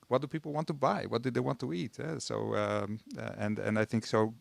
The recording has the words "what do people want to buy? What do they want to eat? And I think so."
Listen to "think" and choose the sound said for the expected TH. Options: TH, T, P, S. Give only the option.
TH